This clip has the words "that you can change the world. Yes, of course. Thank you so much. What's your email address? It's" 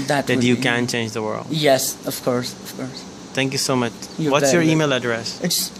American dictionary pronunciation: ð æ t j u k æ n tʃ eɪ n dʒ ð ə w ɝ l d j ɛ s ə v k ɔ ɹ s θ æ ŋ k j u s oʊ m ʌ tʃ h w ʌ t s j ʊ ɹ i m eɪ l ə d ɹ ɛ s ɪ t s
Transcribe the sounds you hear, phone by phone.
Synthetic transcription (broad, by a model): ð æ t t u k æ n tʃ eɪ n dʒ ð ə w ɝ l d j ɛ s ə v k ɔ ɹ s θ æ ŋ k j u s oʊ m ʌ tʃ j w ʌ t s j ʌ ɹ i m eɪ l ə d ɹ ɛ s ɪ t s